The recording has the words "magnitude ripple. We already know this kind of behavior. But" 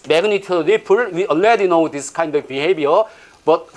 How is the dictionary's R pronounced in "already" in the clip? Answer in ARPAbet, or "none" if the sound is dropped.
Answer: none